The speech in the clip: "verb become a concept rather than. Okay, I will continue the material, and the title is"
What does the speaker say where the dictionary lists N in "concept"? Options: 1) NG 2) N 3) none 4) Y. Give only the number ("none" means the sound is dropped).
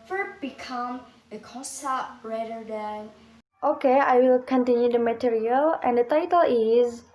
3